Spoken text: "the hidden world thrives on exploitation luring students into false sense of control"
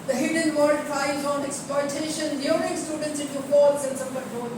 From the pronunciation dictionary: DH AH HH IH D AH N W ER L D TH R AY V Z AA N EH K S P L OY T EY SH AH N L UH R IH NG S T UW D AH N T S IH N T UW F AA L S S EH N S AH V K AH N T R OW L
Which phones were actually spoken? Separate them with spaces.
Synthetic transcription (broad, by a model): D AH HH IH D AH N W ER D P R AY Z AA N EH K S P L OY T EY SH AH N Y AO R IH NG S T UW D AH N T S IH N T UW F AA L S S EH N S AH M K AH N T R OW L